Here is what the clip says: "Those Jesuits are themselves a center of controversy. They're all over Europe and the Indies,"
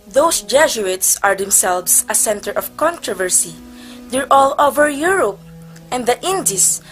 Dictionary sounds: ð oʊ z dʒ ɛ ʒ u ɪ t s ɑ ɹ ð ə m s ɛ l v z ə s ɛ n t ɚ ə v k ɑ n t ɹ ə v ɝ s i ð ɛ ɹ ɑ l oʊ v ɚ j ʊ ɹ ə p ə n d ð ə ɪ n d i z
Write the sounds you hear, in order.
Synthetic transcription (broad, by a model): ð oʊ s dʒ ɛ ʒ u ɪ t s ɑ ɹ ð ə m s ɛ l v s ə s ɛ n t ɚ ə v k ɑ n t ɹ ə v ɝ s i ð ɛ ɹ ɑ l oʊ v ɚ j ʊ ɹ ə p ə n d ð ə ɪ n d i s